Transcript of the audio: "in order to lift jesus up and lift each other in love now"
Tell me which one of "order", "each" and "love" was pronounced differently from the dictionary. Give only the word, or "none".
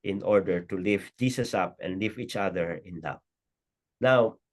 love